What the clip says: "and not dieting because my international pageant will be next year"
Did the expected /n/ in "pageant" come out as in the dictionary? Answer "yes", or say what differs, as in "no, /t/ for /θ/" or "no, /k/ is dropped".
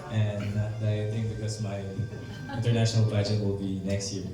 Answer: no, /n/ is dropped